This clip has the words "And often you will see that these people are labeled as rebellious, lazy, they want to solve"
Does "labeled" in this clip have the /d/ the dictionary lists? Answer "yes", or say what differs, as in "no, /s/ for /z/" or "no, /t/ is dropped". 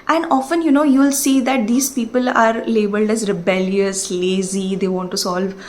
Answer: yes